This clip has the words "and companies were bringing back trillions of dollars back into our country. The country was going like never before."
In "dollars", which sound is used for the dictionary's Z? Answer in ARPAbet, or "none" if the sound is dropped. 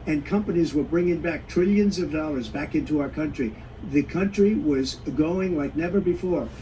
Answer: Z